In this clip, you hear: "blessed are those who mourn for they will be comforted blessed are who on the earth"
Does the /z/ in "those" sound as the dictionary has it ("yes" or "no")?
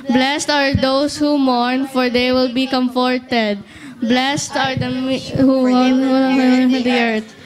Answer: no